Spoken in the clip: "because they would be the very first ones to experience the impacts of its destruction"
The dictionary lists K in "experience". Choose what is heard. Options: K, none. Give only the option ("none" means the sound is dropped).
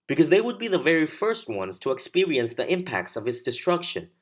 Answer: K